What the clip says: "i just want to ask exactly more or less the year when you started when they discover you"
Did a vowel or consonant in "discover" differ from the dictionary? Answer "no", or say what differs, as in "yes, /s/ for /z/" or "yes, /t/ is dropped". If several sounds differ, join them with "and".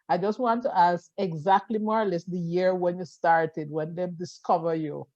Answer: no